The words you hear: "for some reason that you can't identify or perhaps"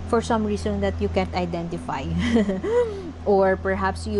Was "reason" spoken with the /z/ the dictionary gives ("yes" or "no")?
no